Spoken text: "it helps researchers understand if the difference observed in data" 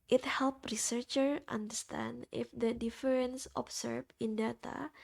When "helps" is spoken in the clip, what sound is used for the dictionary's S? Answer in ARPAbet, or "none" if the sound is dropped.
none